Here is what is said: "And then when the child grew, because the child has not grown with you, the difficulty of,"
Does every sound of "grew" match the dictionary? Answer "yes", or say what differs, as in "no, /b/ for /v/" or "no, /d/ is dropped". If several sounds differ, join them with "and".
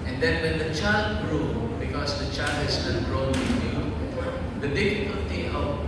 yes